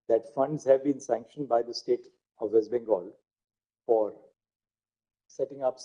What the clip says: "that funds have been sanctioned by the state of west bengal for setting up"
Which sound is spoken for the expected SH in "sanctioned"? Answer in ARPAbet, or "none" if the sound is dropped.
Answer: SH